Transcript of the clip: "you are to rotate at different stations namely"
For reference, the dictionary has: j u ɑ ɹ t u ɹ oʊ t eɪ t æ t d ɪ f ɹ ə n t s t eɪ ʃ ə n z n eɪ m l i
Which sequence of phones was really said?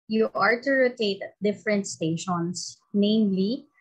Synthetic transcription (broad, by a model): j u ɑ ɹ t u ɹ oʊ t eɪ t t d ɪ f ɹ ə n t s t eɪ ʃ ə n s n eɪ m l i